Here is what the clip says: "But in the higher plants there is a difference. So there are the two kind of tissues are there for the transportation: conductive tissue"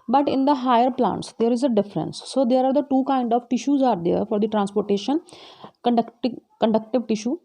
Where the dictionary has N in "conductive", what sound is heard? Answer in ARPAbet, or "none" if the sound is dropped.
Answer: N